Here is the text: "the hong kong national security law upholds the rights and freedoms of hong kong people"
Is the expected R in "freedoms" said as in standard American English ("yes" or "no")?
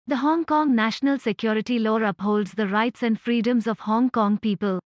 yes